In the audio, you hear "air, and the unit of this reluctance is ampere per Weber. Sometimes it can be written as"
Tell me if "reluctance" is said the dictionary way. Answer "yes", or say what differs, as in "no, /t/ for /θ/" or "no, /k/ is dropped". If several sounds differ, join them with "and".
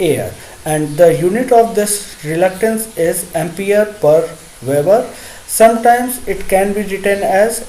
yes